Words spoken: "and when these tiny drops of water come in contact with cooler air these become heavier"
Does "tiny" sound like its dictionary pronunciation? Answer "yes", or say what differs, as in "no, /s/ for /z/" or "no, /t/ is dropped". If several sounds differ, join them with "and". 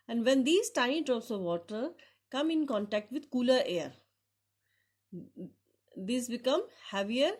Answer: no, /n/ is dropped